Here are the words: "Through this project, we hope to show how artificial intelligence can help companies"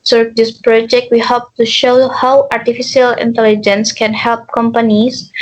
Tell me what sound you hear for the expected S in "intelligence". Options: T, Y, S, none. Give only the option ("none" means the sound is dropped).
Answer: S